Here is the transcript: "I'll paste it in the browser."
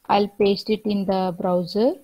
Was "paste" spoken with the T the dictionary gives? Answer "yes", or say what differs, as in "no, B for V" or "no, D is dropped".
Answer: yes